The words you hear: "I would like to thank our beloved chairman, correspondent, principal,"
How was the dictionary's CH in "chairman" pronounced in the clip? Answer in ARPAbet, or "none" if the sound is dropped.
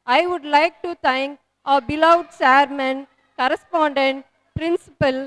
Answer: S